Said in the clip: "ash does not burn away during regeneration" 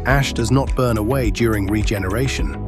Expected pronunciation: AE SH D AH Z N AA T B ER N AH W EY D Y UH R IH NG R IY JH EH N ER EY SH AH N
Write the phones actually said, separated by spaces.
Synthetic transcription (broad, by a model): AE SH D AH Z N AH T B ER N AH W EY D Y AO R IH NG R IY JH EH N ER EY SH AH N